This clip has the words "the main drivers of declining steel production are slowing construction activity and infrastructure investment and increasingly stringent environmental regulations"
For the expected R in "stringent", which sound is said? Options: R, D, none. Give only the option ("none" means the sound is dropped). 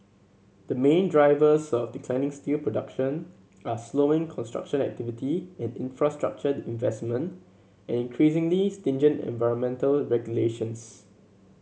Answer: none